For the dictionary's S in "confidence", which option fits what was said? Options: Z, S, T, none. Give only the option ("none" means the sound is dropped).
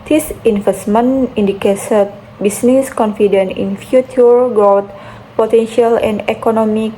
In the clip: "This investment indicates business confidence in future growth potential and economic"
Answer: none